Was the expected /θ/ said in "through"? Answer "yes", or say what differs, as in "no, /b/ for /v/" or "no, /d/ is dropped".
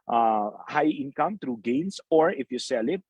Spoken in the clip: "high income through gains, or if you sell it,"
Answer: no, /t/ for /θ/